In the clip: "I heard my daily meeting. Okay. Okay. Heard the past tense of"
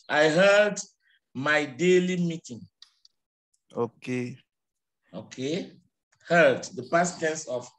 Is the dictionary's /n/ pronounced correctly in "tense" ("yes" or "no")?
no